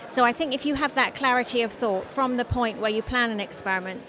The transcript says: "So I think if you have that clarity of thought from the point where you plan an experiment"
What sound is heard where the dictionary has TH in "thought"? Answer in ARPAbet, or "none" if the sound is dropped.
TH